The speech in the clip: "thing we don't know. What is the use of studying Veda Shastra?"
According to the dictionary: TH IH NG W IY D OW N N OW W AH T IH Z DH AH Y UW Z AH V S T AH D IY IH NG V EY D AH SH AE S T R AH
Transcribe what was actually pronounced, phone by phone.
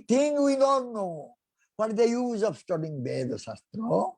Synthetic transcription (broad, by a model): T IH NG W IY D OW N N OW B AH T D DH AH Y UW Z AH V S T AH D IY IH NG B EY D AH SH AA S T R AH